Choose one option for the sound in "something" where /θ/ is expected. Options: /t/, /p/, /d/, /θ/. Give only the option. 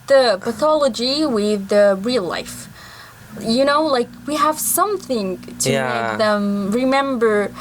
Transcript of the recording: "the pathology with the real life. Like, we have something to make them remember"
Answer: /θ/